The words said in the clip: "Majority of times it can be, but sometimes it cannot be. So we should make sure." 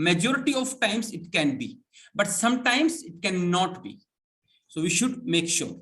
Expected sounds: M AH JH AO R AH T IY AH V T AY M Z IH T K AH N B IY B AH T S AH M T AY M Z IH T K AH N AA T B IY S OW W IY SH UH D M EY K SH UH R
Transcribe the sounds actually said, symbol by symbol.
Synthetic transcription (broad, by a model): M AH JH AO R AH T IY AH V T AY M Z IH T K AH N B IY B AH T S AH M T AY M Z IH T K AH N AA T B IY S OW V IY SH UH D M EY K SH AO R